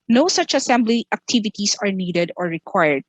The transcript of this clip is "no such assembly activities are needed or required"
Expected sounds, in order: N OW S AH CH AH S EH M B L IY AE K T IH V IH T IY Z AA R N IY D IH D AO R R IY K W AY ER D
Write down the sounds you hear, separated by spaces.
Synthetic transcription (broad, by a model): N OW S AH CH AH S EH M B L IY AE K T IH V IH T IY S AA R N IY D IH D AO R R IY K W AY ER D